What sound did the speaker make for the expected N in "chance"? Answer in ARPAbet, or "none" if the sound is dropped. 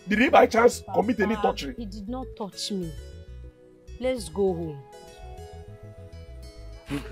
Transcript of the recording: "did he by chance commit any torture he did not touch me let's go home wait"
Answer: L